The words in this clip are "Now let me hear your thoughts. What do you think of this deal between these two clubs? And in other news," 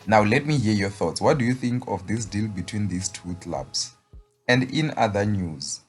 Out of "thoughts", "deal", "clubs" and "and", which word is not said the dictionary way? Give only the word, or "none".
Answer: clubs